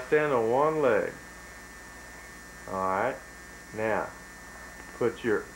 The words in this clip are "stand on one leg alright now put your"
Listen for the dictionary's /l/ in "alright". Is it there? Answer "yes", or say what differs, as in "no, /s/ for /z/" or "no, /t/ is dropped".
no, /l/ is dropped